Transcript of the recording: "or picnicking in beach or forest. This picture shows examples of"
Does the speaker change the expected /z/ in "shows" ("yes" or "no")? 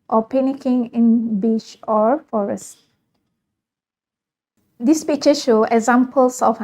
yes